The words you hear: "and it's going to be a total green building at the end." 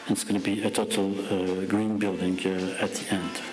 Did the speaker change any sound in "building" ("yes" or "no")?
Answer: no